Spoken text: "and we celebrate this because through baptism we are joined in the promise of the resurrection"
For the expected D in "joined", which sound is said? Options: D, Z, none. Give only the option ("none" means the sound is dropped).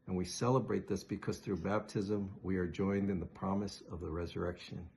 D